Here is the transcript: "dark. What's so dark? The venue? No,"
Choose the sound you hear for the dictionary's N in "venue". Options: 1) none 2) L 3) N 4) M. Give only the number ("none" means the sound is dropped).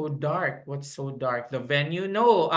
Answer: 3